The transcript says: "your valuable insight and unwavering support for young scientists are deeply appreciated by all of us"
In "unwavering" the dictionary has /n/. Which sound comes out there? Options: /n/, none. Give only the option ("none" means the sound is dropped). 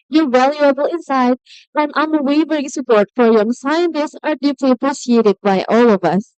none